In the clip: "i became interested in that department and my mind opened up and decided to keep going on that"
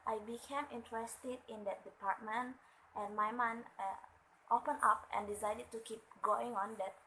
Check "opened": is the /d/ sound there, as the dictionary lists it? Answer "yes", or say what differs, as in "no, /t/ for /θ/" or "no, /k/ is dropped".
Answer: no, /d/ is dropped